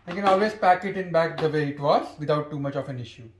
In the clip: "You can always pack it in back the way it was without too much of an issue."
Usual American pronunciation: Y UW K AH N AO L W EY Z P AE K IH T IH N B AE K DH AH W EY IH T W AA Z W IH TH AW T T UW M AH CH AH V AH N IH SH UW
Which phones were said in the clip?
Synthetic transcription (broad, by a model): K AH N AO L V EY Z P AE K IH T IH N B AE K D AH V EY IH T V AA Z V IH T AW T T UW M AH CH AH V AH N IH SH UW